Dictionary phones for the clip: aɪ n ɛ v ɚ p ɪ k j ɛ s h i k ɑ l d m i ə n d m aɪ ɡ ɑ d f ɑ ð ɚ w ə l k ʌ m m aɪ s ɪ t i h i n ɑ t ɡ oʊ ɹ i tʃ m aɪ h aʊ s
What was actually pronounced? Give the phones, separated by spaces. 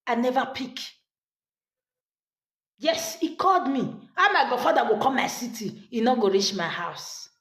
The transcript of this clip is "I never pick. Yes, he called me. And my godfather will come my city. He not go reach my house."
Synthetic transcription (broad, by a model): aɪ n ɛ v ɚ p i k j ɛ s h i k ɑ l d m i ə m aɪ ɡ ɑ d f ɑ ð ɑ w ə k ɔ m m aɪ s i t i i n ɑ ɡ oʊ ɹ i tʃ m aɪ h aʊ s